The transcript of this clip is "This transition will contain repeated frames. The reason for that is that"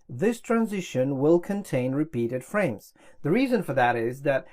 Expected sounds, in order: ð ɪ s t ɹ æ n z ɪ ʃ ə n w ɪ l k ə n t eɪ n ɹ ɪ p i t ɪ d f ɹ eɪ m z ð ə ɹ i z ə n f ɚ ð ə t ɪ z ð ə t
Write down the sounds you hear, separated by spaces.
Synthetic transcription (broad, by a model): ð ɪ s t ɹ æ n z ɪ ʃ ə n w ɪ l k ə n t eɪ n ɹ ɪ p i t ɪ d f ɹ eɪ m z ð ə ɹ i z ə n f ɚ ð ə t ɪ z ð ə t